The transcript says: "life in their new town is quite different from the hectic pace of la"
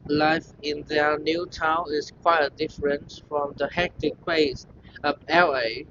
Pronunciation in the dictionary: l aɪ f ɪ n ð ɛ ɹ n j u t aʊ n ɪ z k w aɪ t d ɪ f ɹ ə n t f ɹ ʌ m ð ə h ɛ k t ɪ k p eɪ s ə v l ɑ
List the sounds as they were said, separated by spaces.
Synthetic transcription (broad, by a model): l aɪ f ɪ n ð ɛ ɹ n j u t aʊ n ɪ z k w aɪ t d ɪ f ɹ ə n t f ɹ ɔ m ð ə h ɛ k t ɪ k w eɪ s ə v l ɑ